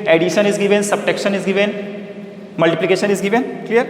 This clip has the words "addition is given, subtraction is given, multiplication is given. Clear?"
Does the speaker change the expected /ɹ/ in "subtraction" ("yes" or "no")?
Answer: yes